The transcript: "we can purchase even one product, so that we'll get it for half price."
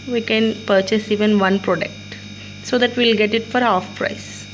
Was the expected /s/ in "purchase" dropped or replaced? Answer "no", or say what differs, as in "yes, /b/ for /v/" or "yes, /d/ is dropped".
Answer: no